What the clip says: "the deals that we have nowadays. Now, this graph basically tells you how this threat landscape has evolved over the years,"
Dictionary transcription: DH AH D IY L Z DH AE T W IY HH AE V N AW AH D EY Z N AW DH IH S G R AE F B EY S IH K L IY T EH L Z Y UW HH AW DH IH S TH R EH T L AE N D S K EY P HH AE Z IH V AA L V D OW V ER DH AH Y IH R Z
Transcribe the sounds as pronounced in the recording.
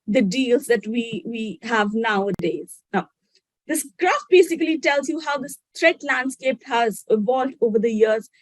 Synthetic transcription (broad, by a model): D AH D IY L Z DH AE T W IY HH AE V N AW AH D EY Z N AW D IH S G R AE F B EY S IH K L IY T EH L Z Y UW HH AW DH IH S T R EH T L AE N D S K EY P HH AE Z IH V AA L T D OW V ER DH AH Y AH R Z